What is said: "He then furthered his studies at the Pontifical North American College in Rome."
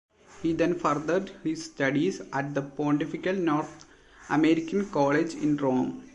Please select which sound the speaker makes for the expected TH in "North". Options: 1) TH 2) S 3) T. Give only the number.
3